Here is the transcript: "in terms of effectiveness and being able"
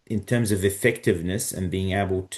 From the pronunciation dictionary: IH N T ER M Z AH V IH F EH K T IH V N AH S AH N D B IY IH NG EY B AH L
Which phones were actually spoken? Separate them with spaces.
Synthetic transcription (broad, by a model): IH N T ER M Z AH V IH F EH K T IH V N AH S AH N B IY IH NG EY B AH L